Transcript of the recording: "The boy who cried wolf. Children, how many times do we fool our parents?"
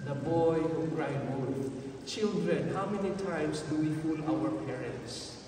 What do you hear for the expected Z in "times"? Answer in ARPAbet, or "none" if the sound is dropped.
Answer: S